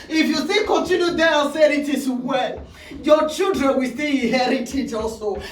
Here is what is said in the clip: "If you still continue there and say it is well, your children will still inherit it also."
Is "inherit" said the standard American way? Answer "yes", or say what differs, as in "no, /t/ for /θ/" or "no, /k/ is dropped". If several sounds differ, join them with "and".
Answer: no, /n/ is dropped